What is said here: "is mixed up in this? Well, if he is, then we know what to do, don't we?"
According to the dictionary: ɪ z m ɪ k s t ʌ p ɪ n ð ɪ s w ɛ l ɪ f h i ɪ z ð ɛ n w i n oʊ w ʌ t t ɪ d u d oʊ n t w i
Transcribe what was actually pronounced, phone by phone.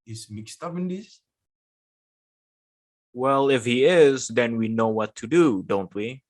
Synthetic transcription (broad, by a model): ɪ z m ɪ k s t ʌ p ɪ n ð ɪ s w ɛ l ɪ f h i ɪ z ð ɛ n w i n oʊ w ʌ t t ɪ d u d oʊ n t w i